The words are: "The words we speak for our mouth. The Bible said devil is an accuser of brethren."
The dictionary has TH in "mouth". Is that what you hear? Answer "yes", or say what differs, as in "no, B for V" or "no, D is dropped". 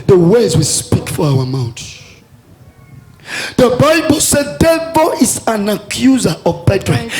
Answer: no, T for TH